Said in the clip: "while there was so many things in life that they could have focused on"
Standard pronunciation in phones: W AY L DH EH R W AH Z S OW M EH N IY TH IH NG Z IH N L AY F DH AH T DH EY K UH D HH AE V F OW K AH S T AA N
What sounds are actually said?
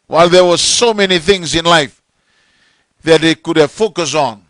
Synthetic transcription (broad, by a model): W AY L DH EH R W AH Z S OW M EH N IY TH IH NG Z IH N L AY F DH AH T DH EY K UH D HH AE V F OW K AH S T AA N